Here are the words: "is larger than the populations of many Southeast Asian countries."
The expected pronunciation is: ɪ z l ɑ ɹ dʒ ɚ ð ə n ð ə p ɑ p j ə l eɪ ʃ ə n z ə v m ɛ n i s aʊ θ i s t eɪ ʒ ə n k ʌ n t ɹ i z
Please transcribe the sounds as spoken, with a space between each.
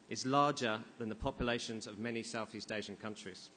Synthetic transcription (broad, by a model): ɪ z l ɑ dʒ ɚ ð ə n ð ə p ɑ p j ə l eɪ ʃ ə n z ə v m ɛ n i s aʊ θ i s t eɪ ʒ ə n k ʌ n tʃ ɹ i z